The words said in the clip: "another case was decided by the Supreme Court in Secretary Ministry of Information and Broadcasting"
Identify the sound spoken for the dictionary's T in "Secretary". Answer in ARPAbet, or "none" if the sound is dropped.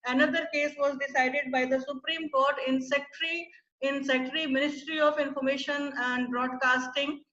S